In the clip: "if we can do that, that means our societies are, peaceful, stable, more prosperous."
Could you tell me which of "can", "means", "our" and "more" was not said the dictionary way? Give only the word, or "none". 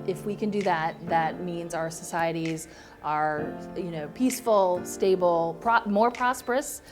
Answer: none